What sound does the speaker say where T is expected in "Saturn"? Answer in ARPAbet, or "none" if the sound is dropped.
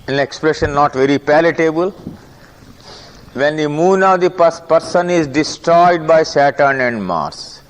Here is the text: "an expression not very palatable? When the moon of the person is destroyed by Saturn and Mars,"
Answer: T